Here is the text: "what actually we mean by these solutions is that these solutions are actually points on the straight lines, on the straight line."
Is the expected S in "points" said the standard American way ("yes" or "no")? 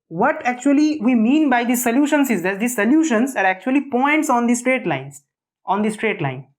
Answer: yes